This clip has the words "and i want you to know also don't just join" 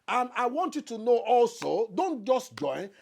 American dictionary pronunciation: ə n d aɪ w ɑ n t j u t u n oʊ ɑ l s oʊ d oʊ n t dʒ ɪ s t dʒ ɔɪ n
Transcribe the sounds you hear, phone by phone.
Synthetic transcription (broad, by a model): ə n aɪ w ɑ n t j u t u n oʊ ɑ l s oʊ d oʊ n t dʒ ɪ s t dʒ ɔɪ n